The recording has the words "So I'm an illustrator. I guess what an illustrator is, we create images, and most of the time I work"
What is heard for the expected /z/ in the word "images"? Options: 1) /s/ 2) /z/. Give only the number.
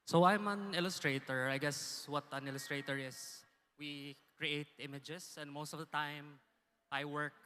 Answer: 1